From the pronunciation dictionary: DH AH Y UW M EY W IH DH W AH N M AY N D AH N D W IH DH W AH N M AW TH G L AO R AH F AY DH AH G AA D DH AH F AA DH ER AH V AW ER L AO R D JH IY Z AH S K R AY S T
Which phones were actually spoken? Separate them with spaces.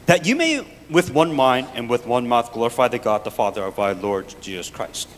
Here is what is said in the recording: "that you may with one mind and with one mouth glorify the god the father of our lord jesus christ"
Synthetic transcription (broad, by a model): DH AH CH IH M EY W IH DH W AH N M AY N D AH N W IH DH W AH N M AW TH G L AO R AH F AY DH AH G AA D DH AH F AA DH ER AH V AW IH L AO R D JH IY Z AH S K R AY S T